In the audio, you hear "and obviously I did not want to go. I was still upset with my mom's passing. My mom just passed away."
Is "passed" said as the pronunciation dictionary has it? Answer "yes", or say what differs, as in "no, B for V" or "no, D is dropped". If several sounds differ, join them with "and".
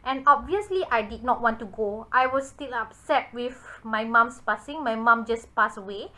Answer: no, T is dropped